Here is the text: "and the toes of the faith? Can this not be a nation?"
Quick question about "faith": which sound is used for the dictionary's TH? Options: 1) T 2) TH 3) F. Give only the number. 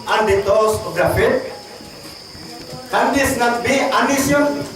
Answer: 1